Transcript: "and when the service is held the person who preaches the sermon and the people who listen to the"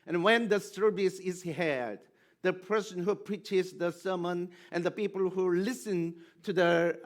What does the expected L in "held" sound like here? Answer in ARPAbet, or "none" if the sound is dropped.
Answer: none